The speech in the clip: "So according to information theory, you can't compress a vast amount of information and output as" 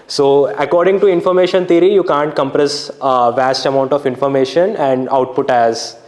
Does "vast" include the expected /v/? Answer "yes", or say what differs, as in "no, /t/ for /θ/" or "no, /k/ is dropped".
yes